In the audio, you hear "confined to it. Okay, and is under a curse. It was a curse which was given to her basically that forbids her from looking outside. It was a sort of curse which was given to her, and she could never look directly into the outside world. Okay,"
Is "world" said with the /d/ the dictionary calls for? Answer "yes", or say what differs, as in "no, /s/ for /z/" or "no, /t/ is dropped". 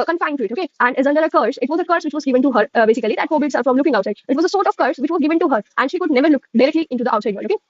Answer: no, /d/ is dropped